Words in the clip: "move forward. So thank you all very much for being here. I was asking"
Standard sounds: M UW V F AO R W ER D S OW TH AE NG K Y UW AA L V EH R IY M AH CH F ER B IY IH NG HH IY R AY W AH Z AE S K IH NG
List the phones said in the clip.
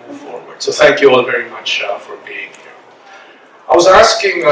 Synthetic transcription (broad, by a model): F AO R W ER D S OW TH AE NG K Y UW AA L V EH R IY M AH CH F ER B IY IH NG HH IY R AY W AH Z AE S K IH NG